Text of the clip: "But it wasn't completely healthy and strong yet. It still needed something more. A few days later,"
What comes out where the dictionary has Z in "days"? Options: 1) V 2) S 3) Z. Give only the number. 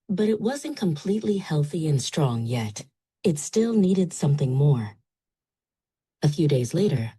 3